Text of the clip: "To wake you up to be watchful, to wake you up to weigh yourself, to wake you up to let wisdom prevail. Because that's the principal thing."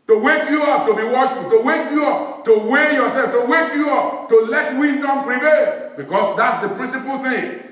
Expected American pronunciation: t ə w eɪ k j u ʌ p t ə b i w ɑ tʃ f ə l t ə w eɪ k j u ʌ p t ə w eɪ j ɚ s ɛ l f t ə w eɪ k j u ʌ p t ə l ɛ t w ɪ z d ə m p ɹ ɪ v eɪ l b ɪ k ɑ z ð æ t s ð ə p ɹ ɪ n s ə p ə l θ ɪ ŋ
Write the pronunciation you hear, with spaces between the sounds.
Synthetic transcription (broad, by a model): t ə w eɪ k j u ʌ p t ə b i w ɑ ʃ f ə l t ə w eɪ k j u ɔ p t ə w eɪ j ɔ s ɛ l f t ə w eɪ k j u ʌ p t ə l ɛ t w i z d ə m p ɹ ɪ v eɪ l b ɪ k ɑ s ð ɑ t s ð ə p ɹ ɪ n s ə p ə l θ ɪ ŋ